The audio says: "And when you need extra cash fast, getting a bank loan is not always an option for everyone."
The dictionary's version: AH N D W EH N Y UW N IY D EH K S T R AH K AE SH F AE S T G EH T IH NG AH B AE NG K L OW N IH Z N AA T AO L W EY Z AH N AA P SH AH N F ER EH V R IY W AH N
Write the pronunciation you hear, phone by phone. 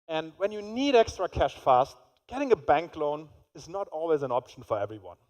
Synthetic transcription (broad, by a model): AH N D W EH N Y UW N IY D EH K S T R AH K AE SH F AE S T G EH T IH NG AH B AE NG K L OW N IH Z N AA T AO L W EY Z AH N AA P SH AH N F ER EH V R IY W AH N